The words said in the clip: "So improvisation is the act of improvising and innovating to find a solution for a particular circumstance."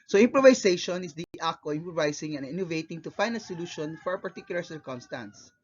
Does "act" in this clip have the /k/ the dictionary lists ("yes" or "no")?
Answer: no